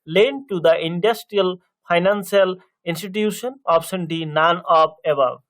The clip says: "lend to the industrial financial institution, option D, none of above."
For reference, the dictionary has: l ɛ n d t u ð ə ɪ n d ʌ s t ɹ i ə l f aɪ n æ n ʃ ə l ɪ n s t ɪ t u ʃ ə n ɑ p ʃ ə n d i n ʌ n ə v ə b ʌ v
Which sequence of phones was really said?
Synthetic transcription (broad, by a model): l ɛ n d t u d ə ɪ n d ʌ s t ɹ i ə l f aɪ n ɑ n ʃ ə l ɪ n s t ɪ t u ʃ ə n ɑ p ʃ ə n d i n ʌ n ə p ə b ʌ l